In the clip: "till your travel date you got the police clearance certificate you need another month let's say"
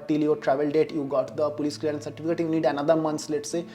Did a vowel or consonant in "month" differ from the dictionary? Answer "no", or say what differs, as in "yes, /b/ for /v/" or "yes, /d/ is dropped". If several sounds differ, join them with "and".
yes, /s/ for /θ/